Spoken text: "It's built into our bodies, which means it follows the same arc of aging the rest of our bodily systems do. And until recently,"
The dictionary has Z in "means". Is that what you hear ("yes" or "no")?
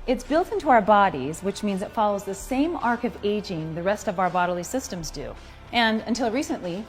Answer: yes